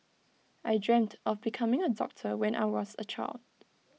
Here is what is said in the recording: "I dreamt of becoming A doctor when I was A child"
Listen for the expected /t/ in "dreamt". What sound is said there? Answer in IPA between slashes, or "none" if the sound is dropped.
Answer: /t/